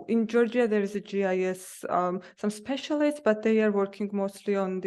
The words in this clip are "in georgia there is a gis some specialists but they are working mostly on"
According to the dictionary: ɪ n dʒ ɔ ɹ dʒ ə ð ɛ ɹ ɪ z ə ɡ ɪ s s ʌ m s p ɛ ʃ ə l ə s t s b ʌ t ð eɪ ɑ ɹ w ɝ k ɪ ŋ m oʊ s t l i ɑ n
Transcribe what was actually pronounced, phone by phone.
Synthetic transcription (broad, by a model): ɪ n dʒ ɔ ɹ dʒ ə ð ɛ ɹ ɪ z ə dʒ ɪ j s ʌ m s p ɛ ʃ ə l ə s t s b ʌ t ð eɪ ɑ ɹ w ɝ k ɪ ŋ m oʊ s t l i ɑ n